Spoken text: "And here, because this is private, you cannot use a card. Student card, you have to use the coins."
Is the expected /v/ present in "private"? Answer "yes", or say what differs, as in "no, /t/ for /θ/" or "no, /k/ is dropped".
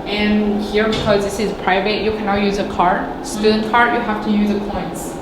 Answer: yes